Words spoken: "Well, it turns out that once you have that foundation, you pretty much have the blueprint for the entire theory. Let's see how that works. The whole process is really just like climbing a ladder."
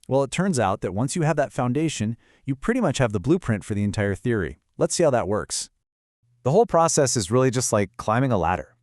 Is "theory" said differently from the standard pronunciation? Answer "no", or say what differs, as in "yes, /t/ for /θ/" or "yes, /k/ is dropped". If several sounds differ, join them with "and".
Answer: no